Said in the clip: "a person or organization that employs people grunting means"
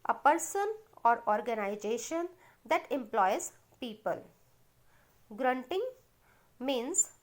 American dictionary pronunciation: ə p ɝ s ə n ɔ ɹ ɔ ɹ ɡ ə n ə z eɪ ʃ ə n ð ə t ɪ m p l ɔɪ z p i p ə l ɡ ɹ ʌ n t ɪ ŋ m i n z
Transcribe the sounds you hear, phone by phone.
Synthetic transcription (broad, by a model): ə p ɝ s ə n ɔ ɹ ɔ ɹ ɡ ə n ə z eɪ ʃ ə n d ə t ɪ m p l ɔɪ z p i p ə l ɡ ɹ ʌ n t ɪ ŋ m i n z